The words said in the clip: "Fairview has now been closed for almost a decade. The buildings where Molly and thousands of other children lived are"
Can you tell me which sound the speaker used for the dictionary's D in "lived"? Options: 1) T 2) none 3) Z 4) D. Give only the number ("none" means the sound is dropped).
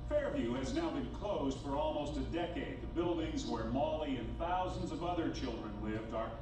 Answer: 4